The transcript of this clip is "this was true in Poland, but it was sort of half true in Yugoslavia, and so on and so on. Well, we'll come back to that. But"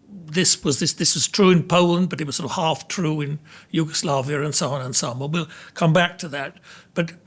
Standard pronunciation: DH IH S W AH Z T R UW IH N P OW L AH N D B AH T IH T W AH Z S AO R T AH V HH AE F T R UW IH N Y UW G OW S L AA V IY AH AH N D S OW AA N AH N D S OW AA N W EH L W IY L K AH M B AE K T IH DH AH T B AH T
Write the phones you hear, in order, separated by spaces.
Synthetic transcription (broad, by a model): DH IH S W AH Z T R UW IH N P OW L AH N B AH T IH T W AH Z S AO R T AH V HH AE F T R UW IH N Y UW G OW S L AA V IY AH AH N S OW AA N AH N S OW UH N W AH N W IY L K AH M B AE K T IH DH AH T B AH T